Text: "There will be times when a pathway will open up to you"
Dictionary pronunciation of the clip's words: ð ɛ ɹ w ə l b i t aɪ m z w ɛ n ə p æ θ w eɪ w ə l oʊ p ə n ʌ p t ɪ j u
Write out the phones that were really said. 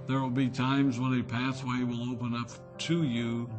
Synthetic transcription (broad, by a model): ð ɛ ɹ w ə l b i t aɪ m z w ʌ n ə p æ s w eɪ w ə l oʊ p ə n ʌ p t ɪ j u